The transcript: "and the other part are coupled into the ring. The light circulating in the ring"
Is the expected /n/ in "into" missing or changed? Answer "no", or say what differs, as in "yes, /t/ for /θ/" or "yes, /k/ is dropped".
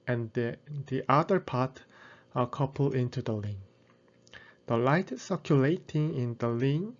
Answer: no